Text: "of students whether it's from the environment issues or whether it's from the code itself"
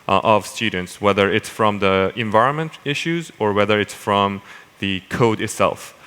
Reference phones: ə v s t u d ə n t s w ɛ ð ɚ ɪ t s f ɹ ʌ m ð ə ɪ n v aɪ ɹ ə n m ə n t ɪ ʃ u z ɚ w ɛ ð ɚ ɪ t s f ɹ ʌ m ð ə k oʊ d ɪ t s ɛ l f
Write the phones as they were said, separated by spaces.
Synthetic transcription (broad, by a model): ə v s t u d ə n t s w ɛ ð ɚ ɪ t s f ɹ ʌ m ð ə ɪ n v aɪ ɹ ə n m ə n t ɪ ʃ u z ɚ w ɛ ð ɚ ɪ t s f ɹ ʌ m ð ə k oʊ d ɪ t s ɛ l f